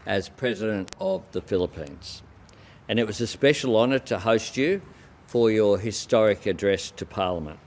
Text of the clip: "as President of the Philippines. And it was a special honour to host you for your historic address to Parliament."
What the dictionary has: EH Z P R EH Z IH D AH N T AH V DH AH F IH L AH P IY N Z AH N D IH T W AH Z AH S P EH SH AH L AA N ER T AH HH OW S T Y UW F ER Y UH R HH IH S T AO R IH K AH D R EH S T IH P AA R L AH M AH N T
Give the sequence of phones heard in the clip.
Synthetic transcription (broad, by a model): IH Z P R EH Z IH D AH N T AH V DH AH F IH L AH P IY N Z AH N IH T W AH Z AH S P EH SH L AA N ER T AH HH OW S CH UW F ER Y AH R HH IH S T AO R IH K AH D R EH S T IH P AA R L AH M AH N T